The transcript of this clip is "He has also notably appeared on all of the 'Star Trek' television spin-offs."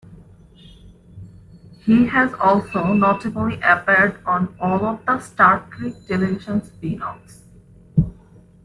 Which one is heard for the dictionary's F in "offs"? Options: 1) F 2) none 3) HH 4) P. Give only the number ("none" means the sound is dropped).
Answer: 2